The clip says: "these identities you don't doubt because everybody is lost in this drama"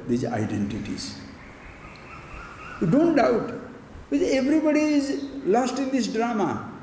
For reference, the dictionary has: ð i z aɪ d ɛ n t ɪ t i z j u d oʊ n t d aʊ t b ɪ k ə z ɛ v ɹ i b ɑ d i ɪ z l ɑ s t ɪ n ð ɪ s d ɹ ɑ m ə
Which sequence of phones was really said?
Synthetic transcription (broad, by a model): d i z aɪ d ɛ n t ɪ t i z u d oʊ n t d aʊ t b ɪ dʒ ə ɛ v ɹ i b ɑ d i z l ɑ s t ɪ n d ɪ s d ɹ ɑ m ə